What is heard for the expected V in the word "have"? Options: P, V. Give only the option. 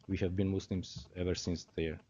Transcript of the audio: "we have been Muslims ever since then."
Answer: V